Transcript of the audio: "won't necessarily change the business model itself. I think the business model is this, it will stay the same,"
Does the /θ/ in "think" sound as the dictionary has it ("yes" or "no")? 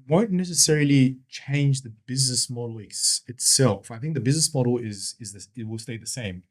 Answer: yes